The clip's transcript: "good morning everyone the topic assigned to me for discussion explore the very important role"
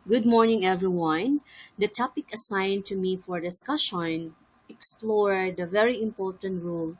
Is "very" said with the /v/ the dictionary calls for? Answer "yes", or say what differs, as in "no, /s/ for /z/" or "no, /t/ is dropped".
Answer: yes